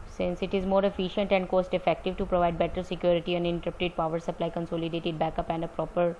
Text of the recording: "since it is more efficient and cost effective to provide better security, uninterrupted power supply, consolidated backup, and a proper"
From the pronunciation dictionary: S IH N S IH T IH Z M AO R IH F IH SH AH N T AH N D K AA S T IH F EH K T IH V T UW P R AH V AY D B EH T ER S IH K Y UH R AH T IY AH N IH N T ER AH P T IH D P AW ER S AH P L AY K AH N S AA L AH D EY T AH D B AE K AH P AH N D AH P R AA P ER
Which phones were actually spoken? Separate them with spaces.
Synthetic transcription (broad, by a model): S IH N S IH T IH Z M AO R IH F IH SH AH N T AH N D K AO S T IH F EH K T IH V T UW P R AH V AY D B EH T ER S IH K Y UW R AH T IY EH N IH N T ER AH T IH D P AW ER S AH P L AY K AH N S AA L AH D EY T AH D B AE K AH P AH N D AH P R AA P ER